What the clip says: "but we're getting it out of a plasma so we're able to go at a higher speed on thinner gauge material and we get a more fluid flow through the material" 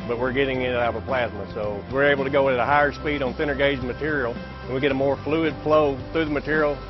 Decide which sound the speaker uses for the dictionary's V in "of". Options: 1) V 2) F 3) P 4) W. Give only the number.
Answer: 3